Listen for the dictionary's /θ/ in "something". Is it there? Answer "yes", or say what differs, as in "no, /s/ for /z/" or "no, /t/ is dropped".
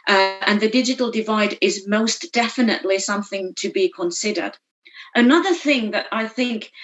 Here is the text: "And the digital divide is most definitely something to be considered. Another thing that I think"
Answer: yes